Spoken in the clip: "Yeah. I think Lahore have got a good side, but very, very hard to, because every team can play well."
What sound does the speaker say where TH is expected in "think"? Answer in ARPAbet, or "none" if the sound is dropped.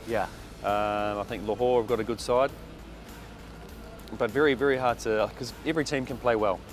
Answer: TH